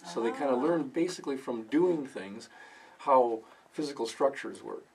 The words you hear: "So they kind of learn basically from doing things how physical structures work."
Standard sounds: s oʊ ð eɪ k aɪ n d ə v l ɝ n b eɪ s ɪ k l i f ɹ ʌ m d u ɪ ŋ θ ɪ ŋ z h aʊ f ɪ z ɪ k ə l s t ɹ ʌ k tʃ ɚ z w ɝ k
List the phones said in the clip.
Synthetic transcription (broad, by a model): s oʊ ð eɪ k aɪ n d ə l ɝ n b eɪ s ɪ k l i f ɹ ʌ m d u ɪ ŋ θ ɪ ŋ z h aʊ f ɪ z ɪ k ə l s t ɹ ʌ k tʃ ɚ z w ɝ